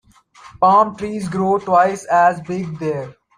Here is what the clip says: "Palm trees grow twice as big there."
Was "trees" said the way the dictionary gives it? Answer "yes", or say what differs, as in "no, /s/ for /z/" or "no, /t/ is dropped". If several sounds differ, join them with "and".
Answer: yes